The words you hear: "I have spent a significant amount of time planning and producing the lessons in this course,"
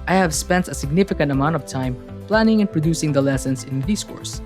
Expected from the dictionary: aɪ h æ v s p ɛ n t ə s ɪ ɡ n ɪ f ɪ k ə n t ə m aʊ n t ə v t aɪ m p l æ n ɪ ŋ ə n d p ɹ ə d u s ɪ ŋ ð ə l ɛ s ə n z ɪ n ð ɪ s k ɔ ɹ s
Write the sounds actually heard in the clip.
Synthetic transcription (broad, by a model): aɪ h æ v s p ɛ n t ə s ɪ ɡ n ɪ f ɪ k ə n t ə m aʊ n t ə v t aɪ m p l æ n ɪ ŋ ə n p ɹ ə d u s ɪ ŋ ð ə l ɛ s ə n s ɪ n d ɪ s k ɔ ɹ s